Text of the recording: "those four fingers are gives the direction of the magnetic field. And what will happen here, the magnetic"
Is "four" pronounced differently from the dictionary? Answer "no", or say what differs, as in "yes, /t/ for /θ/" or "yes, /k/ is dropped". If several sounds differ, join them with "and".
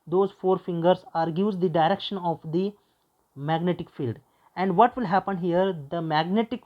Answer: no